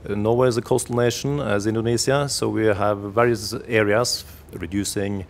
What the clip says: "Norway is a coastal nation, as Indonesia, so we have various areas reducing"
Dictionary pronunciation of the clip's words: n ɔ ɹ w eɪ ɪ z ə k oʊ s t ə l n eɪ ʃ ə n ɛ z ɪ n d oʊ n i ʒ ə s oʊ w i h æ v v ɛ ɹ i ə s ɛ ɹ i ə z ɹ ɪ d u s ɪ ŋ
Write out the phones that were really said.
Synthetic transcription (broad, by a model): n ɔ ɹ w eɪ ɪ z ə k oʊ s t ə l n eɪ ʃ ə n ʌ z ɪ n d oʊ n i z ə s oʊ w i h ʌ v v ɛ ɹ i ə s ɛ ɹ i ə z ɹ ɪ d u s ɪ ŋ